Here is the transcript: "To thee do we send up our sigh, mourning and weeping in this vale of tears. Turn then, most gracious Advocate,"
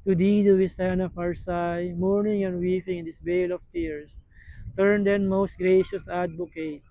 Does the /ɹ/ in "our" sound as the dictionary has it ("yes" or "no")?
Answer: yes